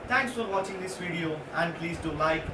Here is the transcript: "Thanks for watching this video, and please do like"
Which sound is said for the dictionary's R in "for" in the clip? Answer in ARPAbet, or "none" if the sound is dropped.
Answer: R